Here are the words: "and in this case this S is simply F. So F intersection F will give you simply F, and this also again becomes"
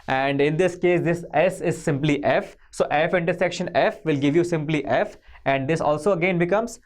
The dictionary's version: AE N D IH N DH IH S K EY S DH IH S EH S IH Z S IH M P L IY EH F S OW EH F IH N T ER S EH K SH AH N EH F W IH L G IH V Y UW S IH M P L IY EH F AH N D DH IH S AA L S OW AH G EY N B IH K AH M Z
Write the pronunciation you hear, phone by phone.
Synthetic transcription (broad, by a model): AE N D IH N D IH S K EY S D IH S EH S IH Z S IH M P L IY EH F S OW EH F IH N T ER S EH K SH AH N EH F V IH L G IH V Y UW S IH M P L IY EH F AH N D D IH S AA L S OW AH G EY N B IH K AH M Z